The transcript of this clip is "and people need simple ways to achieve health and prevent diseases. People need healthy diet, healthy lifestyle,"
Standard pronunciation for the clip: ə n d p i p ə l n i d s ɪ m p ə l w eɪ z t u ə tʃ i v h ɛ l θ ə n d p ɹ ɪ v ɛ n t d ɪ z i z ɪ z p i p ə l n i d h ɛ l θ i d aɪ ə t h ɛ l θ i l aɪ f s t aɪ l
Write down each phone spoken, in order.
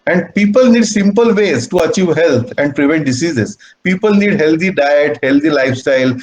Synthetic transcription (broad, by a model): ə n d p i p ə l n i d s ɪ m p ə l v eɪ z t u ə tʃ i v h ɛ l t ə n d p ɹ ɪ v ɛ n t d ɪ s i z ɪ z p i p ə l n i d h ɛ l t i d aɪ ə t h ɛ l t i l aɪ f s t aɪ l